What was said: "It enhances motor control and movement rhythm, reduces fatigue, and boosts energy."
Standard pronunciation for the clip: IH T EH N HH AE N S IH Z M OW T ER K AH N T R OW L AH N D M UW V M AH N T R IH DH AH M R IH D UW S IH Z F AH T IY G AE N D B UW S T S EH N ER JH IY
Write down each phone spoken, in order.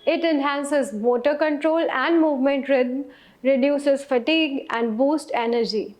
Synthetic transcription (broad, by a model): IH T EH N HH AE N S IH Z M OW T ER K AH N T R OW L AH N D M UW V M AH N T R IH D M R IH D UW S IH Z F AH T IY G AE N D B UW S T EH N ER JH IY